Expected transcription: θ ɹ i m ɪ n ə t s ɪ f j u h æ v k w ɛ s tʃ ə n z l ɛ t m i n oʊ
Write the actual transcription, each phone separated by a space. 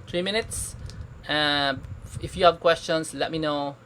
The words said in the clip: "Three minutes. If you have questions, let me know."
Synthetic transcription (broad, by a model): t ɹ i m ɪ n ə t s ɪ f j u h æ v k w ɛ s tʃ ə n s l ɛ t m i n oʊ